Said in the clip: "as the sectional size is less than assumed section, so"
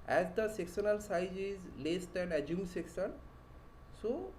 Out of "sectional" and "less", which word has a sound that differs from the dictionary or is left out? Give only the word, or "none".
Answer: sectional